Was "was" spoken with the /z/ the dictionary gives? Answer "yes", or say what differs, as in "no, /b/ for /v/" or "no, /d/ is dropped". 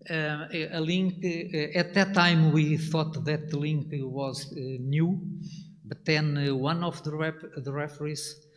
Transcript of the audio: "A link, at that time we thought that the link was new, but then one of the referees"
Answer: yes